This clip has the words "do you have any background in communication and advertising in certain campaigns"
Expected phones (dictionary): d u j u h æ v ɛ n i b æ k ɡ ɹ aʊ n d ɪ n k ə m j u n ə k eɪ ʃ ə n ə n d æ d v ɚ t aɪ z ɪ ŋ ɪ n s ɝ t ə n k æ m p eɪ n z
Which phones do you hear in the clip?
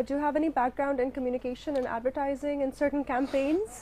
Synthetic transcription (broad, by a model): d j u h æ v ɛ n i b æ k ɡ ɹ aʊ n d ɪ n k ə m j u n ə k eɪ ʃ ə n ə n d æ d v ɚ t aɪ z ɪ ŋ ɪ n s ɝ t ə n k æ m p eɪ n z